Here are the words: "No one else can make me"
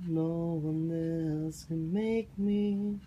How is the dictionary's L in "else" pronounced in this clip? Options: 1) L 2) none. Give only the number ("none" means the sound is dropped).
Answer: 2